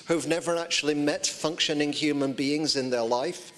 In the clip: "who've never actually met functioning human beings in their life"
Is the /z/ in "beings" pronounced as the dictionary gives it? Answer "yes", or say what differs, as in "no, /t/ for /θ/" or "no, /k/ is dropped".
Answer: yes